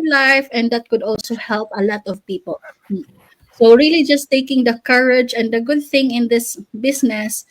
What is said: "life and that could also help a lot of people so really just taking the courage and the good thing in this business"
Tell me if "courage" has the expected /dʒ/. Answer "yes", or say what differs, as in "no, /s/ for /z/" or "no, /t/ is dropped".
yes